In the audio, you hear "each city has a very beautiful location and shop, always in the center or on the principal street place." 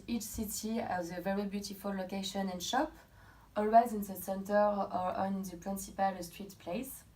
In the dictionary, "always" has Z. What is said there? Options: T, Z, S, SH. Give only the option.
Z